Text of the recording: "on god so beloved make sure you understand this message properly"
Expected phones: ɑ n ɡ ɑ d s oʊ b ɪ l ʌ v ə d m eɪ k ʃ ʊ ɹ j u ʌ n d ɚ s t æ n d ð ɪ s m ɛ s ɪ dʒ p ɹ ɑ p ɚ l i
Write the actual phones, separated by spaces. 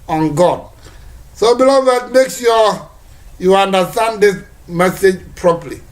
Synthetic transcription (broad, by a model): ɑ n ɡ ɑ d s oʊ b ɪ l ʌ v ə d m eɪ k s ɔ j u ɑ n d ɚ s t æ n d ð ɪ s m ɛ s ɪ dʒ p ɹ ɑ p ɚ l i